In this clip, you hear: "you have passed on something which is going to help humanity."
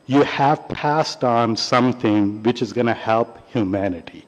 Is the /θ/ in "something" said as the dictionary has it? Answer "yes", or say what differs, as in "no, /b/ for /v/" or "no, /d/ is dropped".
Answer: yes